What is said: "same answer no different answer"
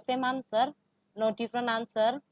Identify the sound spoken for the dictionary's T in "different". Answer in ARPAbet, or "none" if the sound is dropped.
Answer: none